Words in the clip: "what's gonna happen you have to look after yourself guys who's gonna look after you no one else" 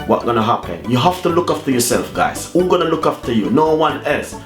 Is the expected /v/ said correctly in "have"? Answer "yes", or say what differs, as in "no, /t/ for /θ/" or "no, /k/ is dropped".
no, /f/ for /v/